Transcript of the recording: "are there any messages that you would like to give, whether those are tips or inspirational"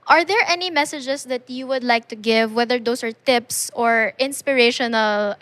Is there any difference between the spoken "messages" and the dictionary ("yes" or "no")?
yes